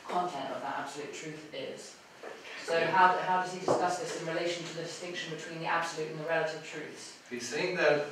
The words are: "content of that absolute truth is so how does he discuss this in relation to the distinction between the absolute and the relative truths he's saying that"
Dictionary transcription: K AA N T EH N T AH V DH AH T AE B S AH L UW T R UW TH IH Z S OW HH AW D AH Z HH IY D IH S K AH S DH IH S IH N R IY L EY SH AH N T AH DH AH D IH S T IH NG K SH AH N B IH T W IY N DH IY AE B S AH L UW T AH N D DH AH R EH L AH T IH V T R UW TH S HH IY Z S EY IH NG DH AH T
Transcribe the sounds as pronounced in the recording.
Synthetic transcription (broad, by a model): K AA N T EH N T AH V DH AH T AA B S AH L UW T R UW TH IH Z S OW HH AW D AH Z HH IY D IH S K AH S DH IH S IH N R IY L EY SH AH N T AH DH AH D IH S T IH NG K SH AH N B IH T W IY N DH IY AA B S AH L UW T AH N DH AH R EH L AH T IH V T R UW TH S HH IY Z S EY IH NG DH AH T